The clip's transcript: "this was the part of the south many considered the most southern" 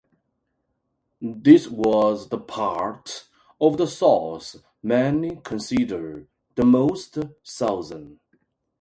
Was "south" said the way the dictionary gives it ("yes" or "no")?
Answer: no